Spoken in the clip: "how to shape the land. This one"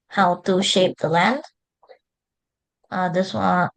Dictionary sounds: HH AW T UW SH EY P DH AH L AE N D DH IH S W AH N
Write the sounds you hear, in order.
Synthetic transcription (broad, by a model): HH AW T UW SH EY P DH AH L AE N D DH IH S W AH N